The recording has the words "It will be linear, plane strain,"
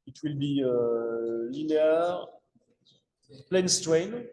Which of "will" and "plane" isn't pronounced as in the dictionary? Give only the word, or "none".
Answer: none